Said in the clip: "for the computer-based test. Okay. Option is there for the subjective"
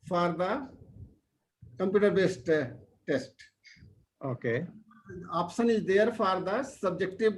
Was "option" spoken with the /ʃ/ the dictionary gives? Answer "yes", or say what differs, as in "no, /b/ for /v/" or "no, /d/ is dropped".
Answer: no, /s/ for /ʃ/